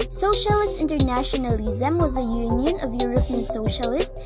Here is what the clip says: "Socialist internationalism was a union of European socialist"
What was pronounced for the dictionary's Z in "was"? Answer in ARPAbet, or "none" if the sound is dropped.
Z